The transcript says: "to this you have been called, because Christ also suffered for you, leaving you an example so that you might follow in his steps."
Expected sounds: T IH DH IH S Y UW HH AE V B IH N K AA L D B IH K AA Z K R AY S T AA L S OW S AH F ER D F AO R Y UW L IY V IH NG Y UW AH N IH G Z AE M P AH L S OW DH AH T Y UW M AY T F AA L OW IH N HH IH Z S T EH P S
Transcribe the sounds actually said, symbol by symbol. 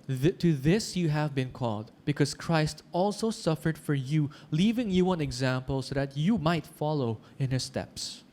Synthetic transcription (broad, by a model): T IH DH IH S Y UW HH AE V B IH N K AA L D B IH K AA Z K R AY S T AA L S OW S AH F ER D F AO R Y UW L IY V IH NG Y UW AH N IH G Z AE M P AH L S OW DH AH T Y UW M AY T F AA L OW IH N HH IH S T EH P S